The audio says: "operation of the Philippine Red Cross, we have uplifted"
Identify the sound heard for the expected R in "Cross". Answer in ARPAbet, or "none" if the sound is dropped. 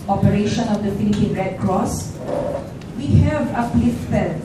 R